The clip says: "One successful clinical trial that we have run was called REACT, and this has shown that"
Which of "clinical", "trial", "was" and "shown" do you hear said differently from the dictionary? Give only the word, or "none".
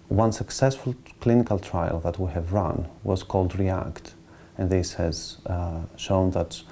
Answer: none